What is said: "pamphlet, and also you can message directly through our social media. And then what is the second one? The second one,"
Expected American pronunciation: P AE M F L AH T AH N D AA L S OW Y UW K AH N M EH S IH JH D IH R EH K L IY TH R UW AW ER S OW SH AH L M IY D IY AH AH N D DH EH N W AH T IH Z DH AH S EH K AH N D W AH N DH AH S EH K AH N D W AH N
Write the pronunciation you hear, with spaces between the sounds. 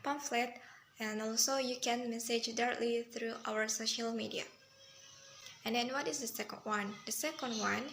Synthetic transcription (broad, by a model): P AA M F L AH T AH N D AA L S OW Y UW K AH N M EH S IH JH D IH R EH K L IY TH R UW AW ER S OW SH AH L M IY D IY AH AH N D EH N W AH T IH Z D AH S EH K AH N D W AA N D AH S EH K AH N D W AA N